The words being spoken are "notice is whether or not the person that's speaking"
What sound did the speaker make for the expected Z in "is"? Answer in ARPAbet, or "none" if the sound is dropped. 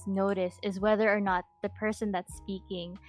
Z